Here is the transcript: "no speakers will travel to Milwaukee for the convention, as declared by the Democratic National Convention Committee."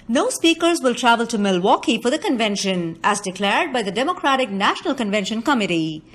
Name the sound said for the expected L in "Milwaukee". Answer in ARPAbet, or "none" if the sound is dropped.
L